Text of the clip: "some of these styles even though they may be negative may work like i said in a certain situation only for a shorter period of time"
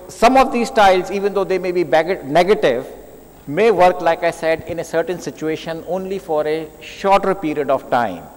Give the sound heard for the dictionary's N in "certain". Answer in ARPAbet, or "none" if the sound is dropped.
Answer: N